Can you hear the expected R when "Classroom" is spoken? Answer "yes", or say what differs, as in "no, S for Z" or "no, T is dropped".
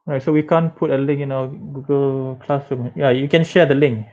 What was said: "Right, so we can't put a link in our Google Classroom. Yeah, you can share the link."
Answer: no, R is dropped